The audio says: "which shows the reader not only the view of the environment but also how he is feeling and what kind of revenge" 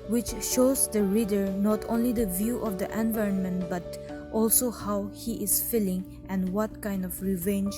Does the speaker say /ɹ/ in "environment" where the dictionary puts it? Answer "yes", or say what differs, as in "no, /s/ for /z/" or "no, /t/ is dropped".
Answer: yes